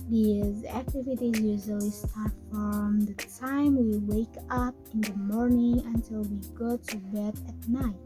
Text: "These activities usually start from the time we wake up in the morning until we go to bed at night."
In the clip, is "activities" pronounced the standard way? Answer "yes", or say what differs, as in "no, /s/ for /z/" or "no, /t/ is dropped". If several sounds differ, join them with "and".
yes